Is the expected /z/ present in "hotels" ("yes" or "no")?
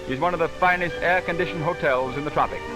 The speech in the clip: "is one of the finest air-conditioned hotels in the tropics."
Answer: yes